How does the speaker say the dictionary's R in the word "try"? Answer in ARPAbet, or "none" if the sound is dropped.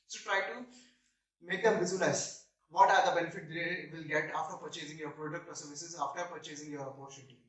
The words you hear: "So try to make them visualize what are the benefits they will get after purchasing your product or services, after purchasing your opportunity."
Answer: R